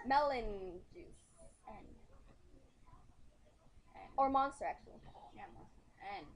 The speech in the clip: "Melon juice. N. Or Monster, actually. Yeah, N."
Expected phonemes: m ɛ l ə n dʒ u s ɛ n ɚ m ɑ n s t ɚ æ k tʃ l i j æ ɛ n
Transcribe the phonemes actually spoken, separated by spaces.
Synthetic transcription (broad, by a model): m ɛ l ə n dʒ u s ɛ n ɚ m ɑ n s t ɚ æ k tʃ i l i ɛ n